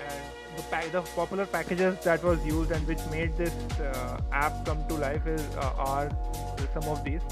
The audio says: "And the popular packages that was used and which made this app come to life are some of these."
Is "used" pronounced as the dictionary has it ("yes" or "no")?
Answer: yes